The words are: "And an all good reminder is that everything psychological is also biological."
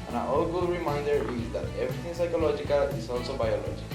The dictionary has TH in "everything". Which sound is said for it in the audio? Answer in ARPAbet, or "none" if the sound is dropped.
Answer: T